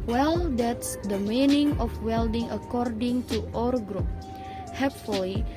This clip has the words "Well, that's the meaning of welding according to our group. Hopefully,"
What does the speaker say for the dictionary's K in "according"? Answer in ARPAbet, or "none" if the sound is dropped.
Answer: K